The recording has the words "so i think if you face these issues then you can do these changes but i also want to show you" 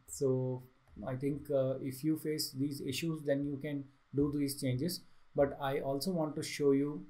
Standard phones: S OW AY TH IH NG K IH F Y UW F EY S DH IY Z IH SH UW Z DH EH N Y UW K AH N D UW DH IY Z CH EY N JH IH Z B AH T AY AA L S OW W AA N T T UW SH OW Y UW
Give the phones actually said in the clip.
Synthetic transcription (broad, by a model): S OW AY T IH NG K IH F Y UW F EY S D IY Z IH SH UW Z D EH N Y UW K AH N D UW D IY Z CH EY N JH IH Z B AH T AY AA L S OW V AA N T T UW SH OW Y UW